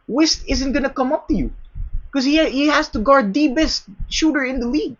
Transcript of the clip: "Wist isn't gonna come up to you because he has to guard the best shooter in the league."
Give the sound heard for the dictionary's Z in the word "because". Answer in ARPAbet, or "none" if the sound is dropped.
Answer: none